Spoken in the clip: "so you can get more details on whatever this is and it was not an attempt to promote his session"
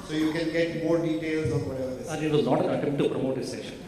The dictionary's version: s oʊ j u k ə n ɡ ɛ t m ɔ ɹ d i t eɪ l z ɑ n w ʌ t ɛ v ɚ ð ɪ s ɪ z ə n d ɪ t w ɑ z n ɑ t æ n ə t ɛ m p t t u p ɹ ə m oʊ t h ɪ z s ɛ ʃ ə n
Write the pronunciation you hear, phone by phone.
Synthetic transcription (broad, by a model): s oʊ j u k ə n ɡ ɛ t m ɔ ɹ d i t eɪ l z ɑ n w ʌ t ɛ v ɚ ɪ ɪ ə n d ɪ t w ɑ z n ɑ t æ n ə t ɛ m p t t u p ɹ ə m oʊ t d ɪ s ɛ ʃ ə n